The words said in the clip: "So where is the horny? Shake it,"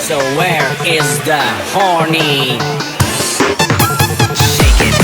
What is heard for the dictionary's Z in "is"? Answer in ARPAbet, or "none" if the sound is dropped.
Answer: Z